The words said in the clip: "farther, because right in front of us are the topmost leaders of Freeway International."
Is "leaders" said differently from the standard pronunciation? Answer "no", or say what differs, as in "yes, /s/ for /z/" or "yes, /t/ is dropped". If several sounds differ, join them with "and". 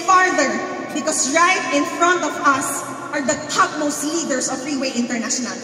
yes, /s/ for /z/